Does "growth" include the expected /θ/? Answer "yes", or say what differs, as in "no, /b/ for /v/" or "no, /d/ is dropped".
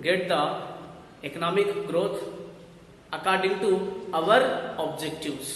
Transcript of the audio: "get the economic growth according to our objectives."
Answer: no, /t/ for /θ/